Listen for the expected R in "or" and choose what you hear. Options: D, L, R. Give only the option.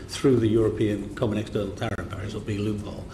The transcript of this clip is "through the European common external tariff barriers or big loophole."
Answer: L